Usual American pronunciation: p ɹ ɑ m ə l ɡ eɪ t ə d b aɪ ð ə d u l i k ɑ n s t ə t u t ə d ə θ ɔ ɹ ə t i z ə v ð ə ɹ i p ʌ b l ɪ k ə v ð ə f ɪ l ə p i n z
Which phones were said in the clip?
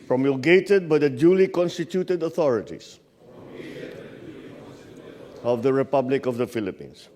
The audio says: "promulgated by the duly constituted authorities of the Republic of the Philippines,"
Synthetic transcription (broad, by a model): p ɹ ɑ m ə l ɡ eɪ t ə d b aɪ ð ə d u l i k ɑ n s t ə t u t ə d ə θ ɔ ɹ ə t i s ə v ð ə ɹ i p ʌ b l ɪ k ə v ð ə f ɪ l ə p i n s